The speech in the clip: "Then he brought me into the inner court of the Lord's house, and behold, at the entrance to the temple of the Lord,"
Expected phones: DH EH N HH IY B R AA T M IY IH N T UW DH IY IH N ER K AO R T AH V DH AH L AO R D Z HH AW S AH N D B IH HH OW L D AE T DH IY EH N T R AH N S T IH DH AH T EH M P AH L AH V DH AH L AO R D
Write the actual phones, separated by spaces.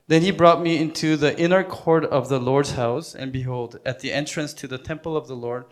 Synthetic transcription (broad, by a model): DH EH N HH IY B R AA T M IY IH N T UW DH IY IH N ER K AO R T AH V DH AH L AO R D Z HH AW S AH N B IH HH OW L D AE T DH IY EH N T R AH N S T IH DH AH T EH M P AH L AH V DH AH L AO R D